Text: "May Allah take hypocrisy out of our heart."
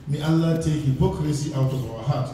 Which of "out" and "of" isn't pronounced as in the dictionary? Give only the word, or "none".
of